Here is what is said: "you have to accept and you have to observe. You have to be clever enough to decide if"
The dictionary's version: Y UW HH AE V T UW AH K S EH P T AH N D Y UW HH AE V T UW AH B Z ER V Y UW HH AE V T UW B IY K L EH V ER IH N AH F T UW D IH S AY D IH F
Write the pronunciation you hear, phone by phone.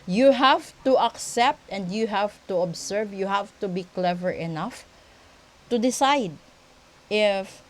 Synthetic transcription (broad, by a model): Y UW HH AE V T UW AH K S EH P T AH N D Y UW HH AE V T UW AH B S ER V Y UW HH AE V T UW B IY K L EH V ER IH N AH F T UW D IH S AY D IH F